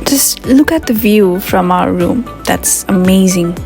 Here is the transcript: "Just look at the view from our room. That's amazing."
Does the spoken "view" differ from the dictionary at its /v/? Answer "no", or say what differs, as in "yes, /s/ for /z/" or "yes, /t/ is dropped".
no